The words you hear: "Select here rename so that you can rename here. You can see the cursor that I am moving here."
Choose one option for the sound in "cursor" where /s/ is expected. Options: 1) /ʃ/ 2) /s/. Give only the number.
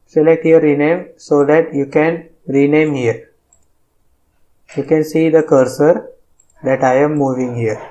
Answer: 2